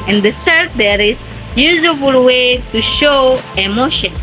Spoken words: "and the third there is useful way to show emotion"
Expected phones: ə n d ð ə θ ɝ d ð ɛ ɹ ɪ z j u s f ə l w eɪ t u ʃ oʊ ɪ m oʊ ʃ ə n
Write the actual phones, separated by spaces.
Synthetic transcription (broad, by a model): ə n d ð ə s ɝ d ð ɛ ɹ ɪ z j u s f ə l w eɪ t u ʃ oʊ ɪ m oʊ ʃ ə n